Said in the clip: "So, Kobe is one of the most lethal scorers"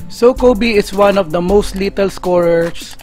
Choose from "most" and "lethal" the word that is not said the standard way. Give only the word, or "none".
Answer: lethal